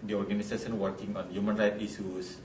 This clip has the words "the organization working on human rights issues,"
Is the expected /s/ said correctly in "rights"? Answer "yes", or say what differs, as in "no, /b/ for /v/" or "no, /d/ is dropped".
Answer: no, /s/ is dropped